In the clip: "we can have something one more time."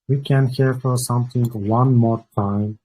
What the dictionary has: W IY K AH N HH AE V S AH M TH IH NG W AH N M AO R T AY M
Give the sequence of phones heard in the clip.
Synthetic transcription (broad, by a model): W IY K AH N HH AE F S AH M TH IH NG W AH N M AO R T AY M